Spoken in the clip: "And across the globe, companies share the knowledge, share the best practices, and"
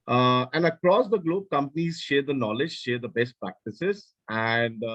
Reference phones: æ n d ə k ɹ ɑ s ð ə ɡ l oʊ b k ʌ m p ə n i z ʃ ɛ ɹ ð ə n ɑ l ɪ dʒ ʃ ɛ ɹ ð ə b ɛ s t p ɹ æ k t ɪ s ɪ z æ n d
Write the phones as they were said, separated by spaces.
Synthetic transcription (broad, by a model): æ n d ə k ɹ ɑ s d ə ɡ l oʊ b k ʌ m p ə n i z ʃ ɛ ɹ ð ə n ɑ l ɪ dʒ ʃ ɛ ɹ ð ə b ɛ s t p ɹ æ k t ɪ s ɪ z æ n d